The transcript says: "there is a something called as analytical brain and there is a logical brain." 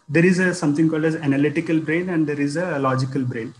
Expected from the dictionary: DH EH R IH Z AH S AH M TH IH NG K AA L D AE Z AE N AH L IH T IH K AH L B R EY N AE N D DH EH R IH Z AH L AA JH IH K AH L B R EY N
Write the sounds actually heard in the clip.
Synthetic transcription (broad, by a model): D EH R IH Z AH S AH M T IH NG K AA L D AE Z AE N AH L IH T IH K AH L B R EY N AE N D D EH R IH Z AH L AA JH IH K AH L B R EY N